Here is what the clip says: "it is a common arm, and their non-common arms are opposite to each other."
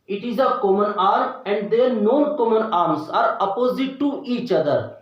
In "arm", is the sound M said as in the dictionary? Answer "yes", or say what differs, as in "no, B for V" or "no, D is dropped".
no, M is dropped